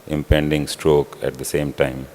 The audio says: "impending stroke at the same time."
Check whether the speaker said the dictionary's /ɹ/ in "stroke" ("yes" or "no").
yes